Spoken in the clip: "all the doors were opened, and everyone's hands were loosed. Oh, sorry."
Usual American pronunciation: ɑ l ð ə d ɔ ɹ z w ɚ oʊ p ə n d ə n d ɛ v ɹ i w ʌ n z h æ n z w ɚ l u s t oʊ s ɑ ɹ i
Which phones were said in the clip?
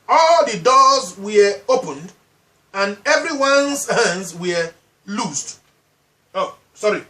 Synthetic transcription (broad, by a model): ɑ l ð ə d ɔ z w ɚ oʊ p ə n d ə n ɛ v ɹ i w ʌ n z h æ n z w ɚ l u s t oʊ s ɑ ɹ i